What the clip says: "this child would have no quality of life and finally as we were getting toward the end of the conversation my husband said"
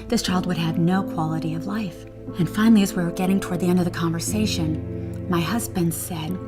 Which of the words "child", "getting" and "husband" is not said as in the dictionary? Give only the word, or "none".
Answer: none